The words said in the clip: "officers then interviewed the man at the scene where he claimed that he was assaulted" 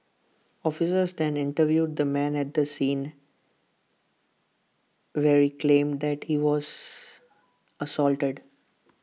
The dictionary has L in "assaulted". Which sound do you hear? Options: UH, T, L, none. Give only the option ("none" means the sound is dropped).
L